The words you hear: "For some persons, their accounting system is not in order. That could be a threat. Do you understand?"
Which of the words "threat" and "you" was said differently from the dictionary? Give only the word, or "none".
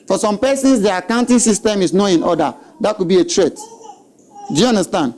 threat